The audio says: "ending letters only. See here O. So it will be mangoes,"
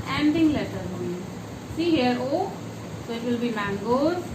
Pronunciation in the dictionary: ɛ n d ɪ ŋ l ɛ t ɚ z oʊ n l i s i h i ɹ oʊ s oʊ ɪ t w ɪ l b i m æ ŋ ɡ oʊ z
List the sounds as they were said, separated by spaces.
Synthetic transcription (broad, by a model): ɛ n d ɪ ŋ l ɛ t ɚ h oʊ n i s i h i ɹ oʊ s oʊ ɪ t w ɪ l b i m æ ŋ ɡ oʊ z